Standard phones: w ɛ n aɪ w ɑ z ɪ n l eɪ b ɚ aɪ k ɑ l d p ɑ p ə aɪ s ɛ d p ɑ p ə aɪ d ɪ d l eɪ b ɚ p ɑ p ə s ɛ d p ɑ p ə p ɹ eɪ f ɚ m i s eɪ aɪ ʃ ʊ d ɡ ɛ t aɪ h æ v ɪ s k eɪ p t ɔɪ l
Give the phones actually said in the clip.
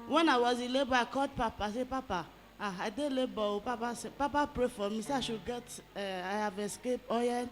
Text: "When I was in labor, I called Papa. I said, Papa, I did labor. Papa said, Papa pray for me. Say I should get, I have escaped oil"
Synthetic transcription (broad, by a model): w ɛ n aɪ w ɑ z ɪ l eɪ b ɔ aɪ k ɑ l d p ɑ p ə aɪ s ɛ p ɑ p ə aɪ d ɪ l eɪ b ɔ p ɑ p ə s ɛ p ɑ p ə p ɹ eɪ f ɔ m i s eɪ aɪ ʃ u ɡ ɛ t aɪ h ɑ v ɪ s k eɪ p ɔɪ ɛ